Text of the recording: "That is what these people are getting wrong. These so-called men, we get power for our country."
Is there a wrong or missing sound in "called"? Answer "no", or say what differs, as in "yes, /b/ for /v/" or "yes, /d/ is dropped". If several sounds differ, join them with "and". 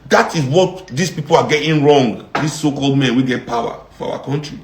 no